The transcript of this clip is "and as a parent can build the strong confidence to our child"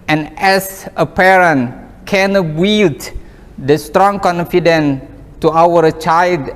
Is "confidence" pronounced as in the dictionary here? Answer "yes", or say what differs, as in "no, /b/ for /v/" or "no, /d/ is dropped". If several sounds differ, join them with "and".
no, /s/ is dropped